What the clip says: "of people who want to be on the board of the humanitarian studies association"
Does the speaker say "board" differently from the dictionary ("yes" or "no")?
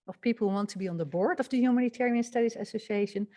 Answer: no